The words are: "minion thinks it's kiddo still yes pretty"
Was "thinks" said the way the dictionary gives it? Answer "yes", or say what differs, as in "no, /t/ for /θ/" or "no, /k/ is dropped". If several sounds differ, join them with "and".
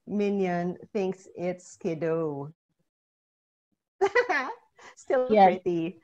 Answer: yes